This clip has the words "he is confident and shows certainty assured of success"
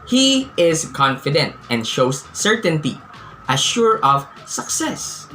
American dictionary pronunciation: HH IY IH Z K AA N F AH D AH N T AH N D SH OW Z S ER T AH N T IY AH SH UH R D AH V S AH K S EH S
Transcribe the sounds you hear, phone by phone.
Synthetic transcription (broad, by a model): HH IY IH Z K AA N F AH D AH N T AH N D SH OW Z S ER T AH N T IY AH SH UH R AH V S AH K S EH S